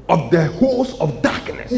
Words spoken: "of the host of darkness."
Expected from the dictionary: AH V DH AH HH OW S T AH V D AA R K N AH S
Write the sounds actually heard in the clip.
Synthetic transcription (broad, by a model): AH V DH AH HH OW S AH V D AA K N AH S